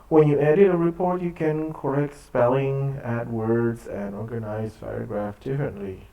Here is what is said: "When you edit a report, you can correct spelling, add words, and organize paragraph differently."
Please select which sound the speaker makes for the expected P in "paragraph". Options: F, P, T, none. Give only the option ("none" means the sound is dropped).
F